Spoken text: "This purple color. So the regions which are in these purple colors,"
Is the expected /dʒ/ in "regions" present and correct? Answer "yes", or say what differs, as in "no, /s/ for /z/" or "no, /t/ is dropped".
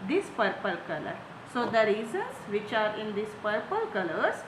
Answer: no, /z/ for /dʒ/